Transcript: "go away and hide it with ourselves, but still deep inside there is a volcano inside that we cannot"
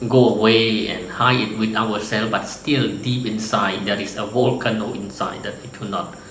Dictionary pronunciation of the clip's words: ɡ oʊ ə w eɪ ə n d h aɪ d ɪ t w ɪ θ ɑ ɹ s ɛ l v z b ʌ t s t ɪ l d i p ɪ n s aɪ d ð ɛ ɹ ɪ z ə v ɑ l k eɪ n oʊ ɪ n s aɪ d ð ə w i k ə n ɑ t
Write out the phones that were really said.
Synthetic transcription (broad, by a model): ɡ oʊ ə w eɪ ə n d h aɪ ɪ t w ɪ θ ɑ w s ɛ l b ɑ t s t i l d i p ɪ n s aɪ d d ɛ ɹ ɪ s ə w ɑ l k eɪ n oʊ ɪ n s aɪ d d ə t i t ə n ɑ t